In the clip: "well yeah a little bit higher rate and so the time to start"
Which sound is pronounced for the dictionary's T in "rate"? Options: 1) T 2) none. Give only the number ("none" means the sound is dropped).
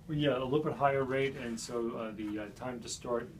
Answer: 1